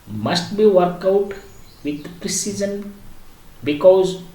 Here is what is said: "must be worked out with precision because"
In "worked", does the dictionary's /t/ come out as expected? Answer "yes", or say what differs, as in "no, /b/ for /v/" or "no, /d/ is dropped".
no, /t/ is dropped